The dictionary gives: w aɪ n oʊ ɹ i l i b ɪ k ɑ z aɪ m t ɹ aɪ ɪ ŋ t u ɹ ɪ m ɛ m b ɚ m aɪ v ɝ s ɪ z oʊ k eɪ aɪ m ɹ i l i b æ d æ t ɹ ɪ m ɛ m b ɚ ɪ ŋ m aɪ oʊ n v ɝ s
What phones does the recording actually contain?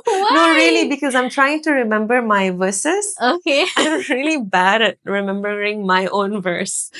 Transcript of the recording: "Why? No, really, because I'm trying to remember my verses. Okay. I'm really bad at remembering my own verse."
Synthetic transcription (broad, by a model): n oʊ ɹ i l i b ɪ k ɑ z aɪ m t ɹ aɪ ɪ ŋ t u ɹ ɪ m ɛ m b ɚ m aɪ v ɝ s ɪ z oʊ k eɪ aɪ m ɹ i l i b æ d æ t ɹ ɪ m ɛ m b ɚ ɪ ŋ m aɪ oʊ n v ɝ s